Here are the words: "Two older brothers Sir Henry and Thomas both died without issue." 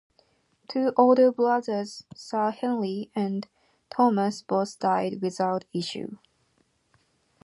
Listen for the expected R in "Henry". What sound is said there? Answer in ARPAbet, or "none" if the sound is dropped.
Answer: L